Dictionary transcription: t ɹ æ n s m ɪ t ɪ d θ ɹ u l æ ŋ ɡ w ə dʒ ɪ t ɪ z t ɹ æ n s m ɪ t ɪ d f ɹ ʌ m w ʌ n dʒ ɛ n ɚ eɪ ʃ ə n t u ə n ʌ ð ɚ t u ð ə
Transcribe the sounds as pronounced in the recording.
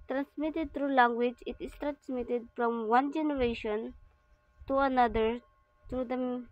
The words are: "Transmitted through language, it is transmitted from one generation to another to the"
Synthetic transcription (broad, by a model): t ɹ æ n s m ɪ t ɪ d t ɹ u l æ ŋ ɡ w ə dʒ ɪ t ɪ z t ɹ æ n s m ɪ t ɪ d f ɹ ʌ m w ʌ n dʒ ɛ n ɚ eɪ ʃ ə n t u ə n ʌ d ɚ t u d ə